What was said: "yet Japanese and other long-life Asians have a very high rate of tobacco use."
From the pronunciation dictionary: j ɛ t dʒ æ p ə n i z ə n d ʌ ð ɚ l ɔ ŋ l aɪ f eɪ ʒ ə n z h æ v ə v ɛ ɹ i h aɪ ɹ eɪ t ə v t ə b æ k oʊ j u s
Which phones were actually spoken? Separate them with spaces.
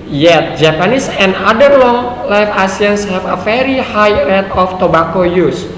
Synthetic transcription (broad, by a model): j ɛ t dʒ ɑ p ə n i s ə n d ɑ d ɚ l ɔ ŋ l aɪ f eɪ s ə n s h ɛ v ə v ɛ ɹ i h aɪ ɹ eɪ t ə f t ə b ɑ k oʊ j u s